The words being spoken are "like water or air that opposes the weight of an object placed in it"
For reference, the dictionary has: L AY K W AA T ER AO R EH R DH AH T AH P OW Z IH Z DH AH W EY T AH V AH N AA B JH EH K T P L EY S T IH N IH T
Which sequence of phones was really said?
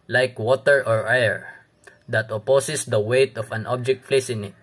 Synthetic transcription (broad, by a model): L AY K W AA T ER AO R EH R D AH T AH P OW S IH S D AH W EY T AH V AH N AA B JH EH K T F L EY S IH N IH T